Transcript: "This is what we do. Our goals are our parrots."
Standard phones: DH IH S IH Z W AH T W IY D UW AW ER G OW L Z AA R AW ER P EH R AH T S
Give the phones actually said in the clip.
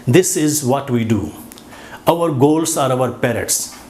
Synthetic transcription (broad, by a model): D IH S IH Z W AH T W IY D UW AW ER G OW L S AA R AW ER P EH R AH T S